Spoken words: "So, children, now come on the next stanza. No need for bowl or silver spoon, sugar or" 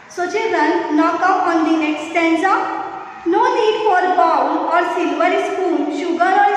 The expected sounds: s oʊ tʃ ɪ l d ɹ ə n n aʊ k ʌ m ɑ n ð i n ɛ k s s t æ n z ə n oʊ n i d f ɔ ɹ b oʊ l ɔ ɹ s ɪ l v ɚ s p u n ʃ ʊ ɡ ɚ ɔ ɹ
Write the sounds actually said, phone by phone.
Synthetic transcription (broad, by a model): s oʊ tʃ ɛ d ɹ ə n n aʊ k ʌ ɑ n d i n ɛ k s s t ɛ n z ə n oʊ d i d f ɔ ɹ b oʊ w ɔ ɹ s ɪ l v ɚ s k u l ʃ ʊ ɡ ɚ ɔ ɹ